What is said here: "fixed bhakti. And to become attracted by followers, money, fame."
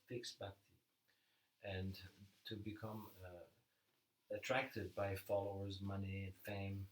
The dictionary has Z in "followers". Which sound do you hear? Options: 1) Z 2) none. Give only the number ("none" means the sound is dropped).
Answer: 1